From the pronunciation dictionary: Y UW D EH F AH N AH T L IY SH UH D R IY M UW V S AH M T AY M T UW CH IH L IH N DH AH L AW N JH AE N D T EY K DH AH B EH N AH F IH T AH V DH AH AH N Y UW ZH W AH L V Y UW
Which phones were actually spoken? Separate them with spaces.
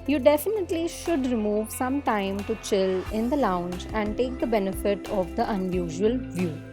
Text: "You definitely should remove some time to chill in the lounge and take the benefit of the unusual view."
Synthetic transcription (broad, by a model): Y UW D EH F AH N AH T L IY SH UH D R IY M UW V S AH M T AY M T UW CH IH L IH N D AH L AW N JH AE N D T EY K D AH B EH N AH F IH T AH V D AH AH N Y UW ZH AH L V Y UW